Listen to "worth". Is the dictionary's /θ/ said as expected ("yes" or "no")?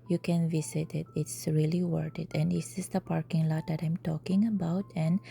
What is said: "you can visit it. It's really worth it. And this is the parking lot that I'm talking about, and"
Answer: no